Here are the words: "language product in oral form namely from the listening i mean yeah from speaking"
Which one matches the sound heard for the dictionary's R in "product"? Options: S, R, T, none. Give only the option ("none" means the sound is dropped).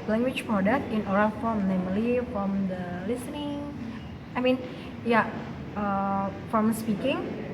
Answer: none